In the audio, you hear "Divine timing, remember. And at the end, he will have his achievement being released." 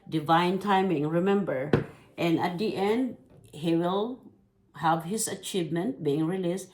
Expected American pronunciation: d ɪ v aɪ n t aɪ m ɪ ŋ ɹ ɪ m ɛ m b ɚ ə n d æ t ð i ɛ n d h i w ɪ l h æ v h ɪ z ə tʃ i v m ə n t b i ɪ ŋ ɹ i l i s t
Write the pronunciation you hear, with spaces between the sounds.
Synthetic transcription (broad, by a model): d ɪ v aɪ n t aɪ m ɪ ŋ ɹ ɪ m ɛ m b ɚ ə n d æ t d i ɛ n d h i w ɪ l h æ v h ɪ s ə tʃ i v m ə n t b i ɪ ŋ ɹ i l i s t